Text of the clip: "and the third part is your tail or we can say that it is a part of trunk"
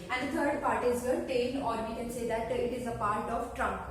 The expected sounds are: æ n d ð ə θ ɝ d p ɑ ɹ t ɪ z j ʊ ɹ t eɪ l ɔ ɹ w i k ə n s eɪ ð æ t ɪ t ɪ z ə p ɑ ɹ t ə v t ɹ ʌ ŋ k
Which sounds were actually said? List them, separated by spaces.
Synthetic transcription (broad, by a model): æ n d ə t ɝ d p ɑ ɹ t ɪ z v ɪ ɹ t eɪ n ɔ ɹ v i k ə n s eɪ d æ t ɪ t ɪ z ə p ɑ ɹ t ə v t ɹ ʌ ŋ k